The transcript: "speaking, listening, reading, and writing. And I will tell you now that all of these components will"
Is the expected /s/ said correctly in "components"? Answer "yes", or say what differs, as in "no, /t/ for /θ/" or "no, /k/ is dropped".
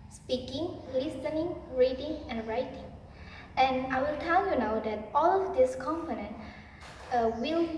no, /s/ is dropped